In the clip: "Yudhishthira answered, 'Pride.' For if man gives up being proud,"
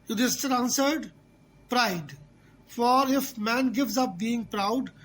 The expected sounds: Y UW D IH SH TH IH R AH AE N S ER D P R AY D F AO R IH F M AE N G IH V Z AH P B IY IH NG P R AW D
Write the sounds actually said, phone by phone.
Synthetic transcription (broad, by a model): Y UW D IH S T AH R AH N S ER D P R AY D F AO R IH F M AE N G IH V Z AH P B IY IH NG P R AW D